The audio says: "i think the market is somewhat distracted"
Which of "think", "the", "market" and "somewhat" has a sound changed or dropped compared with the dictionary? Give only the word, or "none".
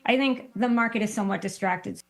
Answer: none